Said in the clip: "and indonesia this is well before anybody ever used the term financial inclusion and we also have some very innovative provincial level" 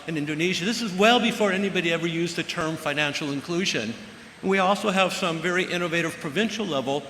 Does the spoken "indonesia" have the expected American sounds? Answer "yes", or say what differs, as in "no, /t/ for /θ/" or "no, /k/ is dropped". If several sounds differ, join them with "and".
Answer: yes